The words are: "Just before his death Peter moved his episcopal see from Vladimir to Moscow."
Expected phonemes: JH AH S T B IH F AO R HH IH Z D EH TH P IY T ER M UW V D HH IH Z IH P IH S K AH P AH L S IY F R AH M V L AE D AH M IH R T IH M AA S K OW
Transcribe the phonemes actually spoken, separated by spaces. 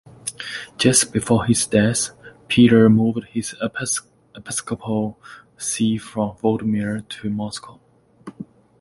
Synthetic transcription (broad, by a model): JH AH S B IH F AO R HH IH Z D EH S P IY T ER M UW V D HH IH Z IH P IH S K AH P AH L S IY F R AH M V AO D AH M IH R T IH M AA S K OW